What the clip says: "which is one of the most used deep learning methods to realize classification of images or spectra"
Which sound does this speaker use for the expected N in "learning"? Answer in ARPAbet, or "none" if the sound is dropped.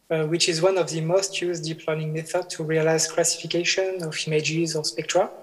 none